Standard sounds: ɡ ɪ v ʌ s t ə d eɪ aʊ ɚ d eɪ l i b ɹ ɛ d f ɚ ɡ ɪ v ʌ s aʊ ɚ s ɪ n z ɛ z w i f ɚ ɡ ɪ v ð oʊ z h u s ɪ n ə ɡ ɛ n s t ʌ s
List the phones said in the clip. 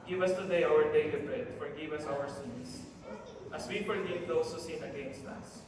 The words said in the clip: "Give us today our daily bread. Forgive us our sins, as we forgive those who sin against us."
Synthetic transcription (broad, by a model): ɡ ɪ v ʌ s t ə d eɪ aʊ ɚ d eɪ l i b ɹ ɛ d f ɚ ɡ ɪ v ʌ s aʊ ɚ s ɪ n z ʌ s w i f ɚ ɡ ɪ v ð oʊ s h u s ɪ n ə ɡ ɛ n s t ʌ s